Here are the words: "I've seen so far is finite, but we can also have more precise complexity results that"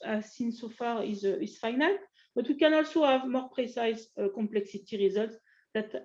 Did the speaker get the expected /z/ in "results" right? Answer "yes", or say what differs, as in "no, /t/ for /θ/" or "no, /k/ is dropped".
yes